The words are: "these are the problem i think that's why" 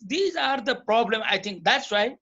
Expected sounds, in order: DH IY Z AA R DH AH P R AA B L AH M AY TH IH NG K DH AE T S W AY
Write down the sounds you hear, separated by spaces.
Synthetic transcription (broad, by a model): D IY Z AA R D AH P R AA B L AH M AY T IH NG K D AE T S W AY